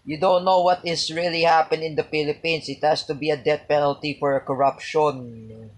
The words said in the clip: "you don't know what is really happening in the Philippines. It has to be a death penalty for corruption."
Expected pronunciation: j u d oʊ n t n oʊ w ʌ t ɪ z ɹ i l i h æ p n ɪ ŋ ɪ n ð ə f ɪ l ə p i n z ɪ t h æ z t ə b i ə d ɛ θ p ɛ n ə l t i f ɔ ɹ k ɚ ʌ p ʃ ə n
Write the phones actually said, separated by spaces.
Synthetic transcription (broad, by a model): j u d oʊ n t n oʊ w ʌ t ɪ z ɹ i l i h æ p ɪ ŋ ɪ n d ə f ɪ l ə p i n s ɪ t h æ s t ə b i ə d ɛ t p ɛ n ə l t i f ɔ ɹ k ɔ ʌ p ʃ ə n